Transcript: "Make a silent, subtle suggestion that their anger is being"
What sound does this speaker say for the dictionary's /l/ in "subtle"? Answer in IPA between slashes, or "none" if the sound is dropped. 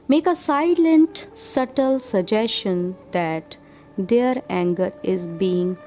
/l/